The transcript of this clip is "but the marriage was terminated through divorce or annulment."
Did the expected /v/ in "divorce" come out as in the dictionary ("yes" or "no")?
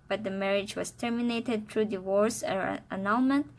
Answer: no